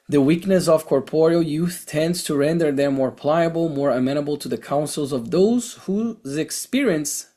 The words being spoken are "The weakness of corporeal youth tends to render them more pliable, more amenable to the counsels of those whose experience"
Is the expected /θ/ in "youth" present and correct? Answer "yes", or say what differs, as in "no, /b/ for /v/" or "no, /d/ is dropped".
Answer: yes